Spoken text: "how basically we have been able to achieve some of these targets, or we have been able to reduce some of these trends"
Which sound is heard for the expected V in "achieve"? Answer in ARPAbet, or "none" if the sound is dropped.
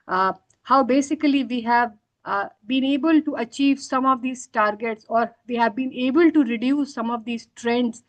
V